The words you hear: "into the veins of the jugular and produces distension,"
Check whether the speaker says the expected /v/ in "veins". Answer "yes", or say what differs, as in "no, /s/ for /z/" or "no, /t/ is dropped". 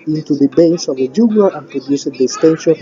no, /b/ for /v/